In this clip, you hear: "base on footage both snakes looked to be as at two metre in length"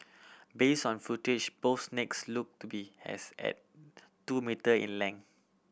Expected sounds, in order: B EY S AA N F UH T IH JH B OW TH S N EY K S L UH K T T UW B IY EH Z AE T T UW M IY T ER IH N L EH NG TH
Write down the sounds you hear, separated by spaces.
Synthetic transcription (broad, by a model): B EY S AA N F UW T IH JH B OW F S N EY K S L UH K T T UW B IY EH S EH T T UW M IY T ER IH N L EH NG